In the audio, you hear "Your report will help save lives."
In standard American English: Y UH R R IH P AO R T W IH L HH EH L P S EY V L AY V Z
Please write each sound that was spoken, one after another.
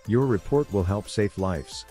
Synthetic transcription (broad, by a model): Y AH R R IH P AO R T W IH L HH EH L P S EY F L AY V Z